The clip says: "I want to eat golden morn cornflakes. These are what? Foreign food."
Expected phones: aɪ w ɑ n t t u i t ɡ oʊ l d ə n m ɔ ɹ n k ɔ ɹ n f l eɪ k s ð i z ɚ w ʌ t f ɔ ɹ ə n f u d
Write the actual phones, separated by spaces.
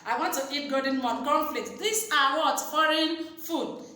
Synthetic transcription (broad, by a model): aɪ w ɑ n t t u i t ɡ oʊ d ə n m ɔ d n k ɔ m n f l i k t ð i s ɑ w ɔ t f ɔ ɹ ə n f u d